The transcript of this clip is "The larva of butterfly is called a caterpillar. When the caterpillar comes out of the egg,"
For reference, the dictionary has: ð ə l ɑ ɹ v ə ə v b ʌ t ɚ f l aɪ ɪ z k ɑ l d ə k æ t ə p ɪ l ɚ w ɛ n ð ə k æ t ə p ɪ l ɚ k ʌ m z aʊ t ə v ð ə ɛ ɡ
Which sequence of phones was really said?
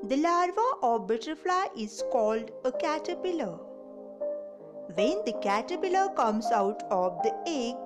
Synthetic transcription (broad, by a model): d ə l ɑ ɹ v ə ə v b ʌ t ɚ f l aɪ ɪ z k ɑ l d ə k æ t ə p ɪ l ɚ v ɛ n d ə k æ t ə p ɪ l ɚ k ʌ m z aʊ t ə v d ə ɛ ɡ